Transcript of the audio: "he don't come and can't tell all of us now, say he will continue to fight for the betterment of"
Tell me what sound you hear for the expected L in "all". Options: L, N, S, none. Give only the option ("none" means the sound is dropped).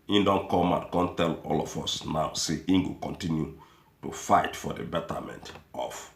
L